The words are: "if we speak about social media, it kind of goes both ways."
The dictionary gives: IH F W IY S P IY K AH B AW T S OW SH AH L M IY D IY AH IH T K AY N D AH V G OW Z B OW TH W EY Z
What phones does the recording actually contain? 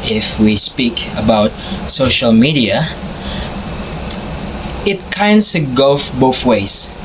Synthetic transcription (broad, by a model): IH F W IY S P IY K AH B AW T S OW SH AH L M IY D IY AH IH T K AY N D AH G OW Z B OW TH W EY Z